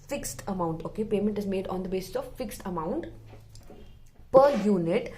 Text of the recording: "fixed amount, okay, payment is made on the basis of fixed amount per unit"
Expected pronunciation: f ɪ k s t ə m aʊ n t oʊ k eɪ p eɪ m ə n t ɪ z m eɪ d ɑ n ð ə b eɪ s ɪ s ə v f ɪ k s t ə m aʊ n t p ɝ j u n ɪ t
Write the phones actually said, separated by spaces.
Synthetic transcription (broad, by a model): f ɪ k s t ə m aʊ n t oʊ k eɪ p eɪ m ə n t ɪ z m eɪ d ɑ n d ə b eɪ s ɪ s ə v f ɪ k s t ə m aʊ n t p ɝ j u n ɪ t